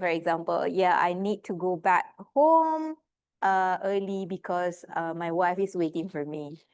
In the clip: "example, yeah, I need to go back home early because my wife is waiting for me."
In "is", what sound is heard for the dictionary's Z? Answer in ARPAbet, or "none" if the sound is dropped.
S